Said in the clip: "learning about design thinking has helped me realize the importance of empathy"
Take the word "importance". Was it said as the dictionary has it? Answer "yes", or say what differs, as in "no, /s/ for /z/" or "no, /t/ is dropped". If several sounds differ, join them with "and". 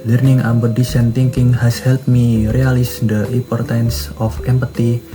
yes